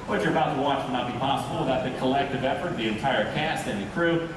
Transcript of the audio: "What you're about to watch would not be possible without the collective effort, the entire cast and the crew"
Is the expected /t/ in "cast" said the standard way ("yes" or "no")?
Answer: yes